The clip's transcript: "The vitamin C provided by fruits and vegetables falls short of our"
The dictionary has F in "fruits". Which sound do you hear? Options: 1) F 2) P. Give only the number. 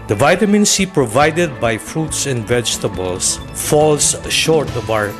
1